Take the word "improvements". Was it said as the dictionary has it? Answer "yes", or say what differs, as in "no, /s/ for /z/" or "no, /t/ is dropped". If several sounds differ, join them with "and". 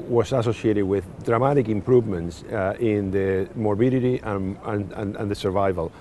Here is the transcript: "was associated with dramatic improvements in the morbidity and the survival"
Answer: yes